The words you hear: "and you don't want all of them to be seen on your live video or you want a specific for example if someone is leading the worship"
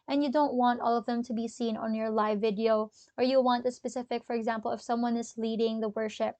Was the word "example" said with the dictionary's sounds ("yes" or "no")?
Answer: yes